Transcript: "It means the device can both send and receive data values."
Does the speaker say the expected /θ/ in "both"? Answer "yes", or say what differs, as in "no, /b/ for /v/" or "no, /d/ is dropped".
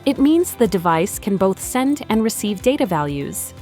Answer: yes